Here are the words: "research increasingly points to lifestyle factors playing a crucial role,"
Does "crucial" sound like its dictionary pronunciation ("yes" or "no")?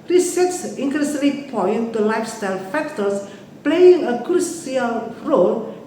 no